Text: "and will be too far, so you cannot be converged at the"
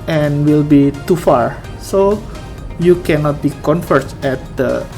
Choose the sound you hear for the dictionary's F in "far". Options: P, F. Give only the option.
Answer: F